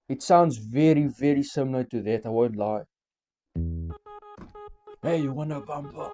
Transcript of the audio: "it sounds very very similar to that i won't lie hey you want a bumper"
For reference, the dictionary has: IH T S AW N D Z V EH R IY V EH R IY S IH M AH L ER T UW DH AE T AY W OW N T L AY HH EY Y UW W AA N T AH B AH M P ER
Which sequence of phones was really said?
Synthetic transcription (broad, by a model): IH T S AW N D Z V EH R IY V EH R IY S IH M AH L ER T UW DH AE T AY W OW N T L AY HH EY Y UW W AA N AH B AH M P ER